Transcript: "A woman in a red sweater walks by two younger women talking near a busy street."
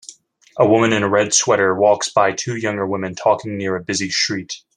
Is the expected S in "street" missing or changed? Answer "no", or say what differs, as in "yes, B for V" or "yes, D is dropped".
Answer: yes, SH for S